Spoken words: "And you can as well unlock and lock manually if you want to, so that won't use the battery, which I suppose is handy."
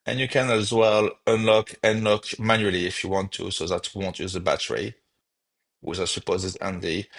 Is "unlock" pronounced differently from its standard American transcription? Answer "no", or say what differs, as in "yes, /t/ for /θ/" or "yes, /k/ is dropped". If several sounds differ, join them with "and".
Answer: no